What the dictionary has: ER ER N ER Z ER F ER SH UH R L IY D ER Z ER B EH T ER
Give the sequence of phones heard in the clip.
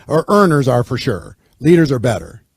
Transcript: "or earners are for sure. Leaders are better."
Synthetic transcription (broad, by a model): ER ER N ER Z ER F ER SH UH R L IY D ER Z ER B EH T ER